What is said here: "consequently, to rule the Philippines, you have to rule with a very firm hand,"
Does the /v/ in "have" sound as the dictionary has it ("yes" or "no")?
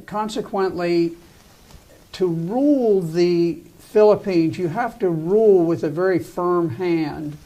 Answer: no